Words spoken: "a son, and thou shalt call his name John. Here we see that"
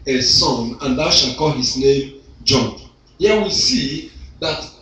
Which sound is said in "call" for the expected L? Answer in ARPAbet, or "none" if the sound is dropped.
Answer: L